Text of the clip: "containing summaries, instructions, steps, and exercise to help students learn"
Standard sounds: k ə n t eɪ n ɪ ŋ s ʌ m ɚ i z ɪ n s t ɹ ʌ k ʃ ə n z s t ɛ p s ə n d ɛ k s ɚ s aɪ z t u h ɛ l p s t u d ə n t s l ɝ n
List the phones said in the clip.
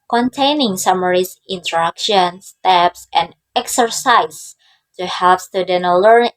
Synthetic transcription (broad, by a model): k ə n t eɪ n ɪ ŋ s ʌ m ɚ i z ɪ n t ɹ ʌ k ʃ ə n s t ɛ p s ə n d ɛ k s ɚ s aɪ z t u h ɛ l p s t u d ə n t l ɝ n